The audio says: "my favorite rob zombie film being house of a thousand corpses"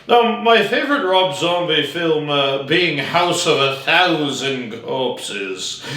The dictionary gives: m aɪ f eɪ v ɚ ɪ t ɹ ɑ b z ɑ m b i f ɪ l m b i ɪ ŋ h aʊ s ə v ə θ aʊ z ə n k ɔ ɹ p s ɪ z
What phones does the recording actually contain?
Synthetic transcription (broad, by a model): m aɪ f eɪ v ɚ ɪ t ɹ ɑ b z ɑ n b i f ɪ l m b i ɪ ŋ h aʊ s ə v ə θ aʊ z ə n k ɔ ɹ p s ɪ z